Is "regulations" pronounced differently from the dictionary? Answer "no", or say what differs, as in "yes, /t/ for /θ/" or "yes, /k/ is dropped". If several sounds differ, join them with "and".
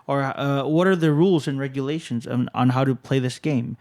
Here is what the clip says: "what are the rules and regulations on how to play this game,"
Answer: no